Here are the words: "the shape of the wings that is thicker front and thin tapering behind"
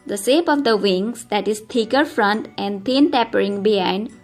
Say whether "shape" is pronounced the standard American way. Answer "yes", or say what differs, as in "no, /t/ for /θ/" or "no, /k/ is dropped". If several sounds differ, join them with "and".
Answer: no, /s/ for /ʃ/